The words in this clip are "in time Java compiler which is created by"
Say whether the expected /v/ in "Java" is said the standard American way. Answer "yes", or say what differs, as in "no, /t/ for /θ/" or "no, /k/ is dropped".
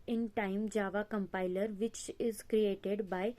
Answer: yes